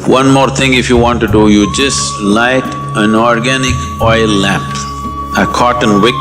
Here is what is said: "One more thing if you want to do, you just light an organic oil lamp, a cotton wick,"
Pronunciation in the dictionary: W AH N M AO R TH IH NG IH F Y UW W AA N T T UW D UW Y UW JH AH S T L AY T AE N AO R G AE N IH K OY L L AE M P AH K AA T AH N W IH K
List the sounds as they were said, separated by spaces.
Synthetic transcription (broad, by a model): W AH N M AO R T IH NG IH F Y UW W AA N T T UW D UW Y UW JH AH S T L AY T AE N AO R G AE N IH K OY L L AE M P AH K AA T AH N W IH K